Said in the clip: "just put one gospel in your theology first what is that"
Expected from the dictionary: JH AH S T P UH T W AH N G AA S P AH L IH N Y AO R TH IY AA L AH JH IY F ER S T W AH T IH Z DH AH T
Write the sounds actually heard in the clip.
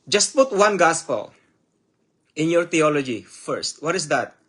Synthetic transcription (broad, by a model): JH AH S T P UH T W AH N G AA S P AH L IH N Y AO R T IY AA L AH JH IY F ER S T W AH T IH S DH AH T